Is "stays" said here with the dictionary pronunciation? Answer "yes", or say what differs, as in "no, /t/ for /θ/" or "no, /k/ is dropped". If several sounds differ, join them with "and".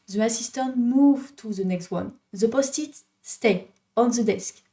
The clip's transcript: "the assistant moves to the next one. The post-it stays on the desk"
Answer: no, /z/ is dropped